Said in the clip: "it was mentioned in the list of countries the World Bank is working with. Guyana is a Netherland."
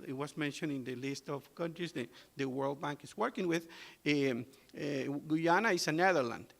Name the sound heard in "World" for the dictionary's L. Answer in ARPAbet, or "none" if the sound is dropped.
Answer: L